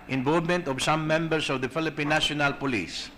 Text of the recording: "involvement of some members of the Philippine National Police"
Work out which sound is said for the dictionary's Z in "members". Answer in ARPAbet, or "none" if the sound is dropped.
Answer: S